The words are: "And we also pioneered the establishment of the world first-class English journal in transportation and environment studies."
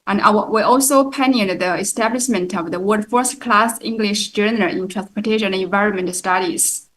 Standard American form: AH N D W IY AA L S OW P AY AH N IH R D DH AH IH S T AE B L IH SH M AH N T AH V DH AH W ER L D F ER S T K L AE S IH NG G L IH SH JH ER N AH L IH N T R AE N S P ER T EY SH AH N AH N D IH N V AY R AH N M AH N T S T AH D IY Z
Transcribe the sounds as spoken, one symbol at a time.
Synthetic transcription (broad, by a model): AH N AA W IY AA L S OW P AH N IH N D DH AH IH S T AE B L IH SH M AH N T AH V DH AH W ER D F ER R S K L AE S IH NG G L IH SH JH ER N AH L IH N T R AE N S P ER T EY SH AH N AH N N V AY R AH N M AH N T S T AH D IY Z